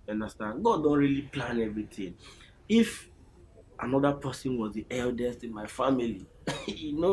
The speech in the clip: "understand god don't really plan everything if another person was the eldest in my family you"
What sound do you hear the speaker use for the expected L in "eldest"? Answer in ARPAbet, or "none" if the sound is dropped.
L